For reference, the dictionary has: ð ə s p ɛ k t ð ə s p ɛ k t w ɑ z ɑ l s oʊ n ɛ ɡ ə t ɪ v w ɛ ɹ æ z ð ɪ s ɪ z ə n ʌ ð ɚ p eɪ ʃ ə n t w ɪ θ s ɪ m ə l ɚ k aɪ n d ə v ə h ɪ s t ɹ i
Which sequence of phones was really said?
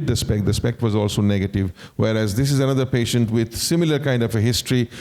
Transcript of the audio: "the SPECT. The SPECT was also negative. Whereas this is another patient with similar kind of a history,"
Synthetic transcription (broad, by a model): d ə s p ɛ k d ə s p ɛ k t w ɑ z ɑ l s oʊ n ɛ ɡ ə t ɪ v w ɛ ɹ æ z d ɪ s ɪ z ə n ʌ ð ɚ p eɪ ʃ ə n t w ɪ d s ɪ m ə l ɚ k aɪ n d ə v ə h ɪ s t ɹ i